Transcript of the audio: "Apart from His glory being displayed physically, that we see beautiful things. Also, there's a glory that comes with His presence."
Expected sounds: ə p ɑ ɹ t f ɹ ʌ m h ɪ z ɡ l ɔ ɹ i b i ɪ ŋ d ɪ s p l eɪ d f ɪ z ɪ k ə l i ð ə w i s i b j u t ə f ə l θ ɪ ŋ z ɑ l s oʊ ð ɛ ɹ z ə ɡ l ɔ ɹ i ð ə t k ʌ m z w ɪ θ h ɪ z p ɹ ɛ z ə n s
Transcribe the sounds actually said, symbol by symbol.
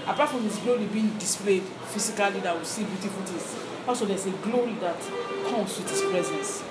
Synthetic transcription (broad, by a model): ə p ɑ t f ɹ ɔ m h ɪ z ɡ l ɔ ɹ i b i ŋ d ɪ s p l eɪ d f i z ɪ k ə l i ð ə w i s i b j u t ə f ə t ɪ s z ɑ l s oʊ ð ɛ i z ə ɡ l ɔ ɹ i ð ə t k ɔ m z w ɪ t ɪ s p ɹ ɛ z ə n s